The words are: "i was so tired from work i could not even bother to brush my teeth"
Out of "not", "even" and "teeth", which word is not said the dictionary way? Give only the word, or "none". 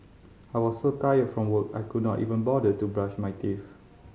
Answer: teeth